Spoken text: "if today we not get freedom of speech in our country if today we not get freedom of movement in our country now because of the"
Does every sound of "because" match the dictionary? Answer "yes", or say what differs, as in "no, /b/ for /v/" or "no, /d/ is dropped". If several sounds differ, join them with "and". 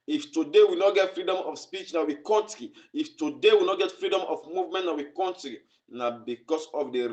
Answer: no, /s/ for /z/